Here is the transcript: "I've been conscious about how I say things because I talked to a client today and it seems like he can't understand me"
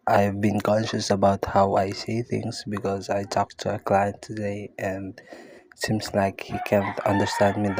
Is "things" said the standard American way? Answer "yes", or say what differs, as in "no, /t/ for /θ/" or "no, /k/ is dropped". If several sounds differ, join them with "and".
yes